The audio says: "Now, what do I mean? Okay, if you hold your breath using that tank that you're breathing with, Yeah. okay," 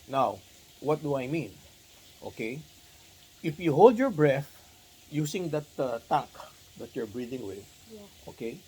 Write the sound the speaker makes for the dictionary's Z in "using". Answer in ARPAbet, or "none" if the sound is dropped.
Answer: S